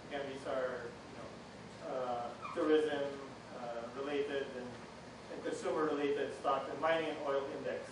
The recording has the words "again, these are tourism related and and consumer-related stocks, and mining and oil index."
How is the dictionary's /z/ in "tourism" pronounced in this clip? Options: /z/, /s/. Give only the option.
/z/